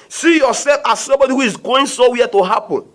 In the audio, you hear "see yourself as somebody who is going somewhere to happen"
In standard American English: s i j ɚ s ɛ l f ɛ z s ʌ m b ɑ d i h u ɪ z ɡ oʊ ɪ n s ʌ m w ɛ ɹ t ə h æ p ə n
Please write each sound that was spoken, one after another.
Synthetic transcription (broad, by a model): s i j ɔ s ɛ l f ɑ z s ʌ m b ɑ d i h u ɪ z ɡ oʊ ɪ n s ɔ w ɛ t ə h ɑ p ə n